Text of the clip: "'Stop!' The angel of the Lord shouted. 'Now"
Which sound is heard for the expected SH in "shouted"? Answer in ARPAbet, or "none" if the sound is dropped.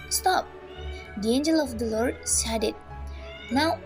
S